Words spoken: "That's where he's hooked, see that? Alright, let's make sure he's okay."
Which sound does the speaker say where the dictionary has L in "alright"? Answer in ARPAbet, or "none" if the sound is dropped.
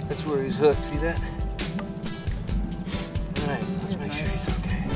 none